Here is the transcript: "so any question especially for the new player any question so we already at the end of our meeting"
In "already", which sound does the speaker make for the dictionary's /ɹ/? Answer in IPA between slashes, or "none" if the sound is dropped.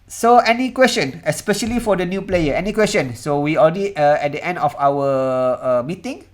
/l/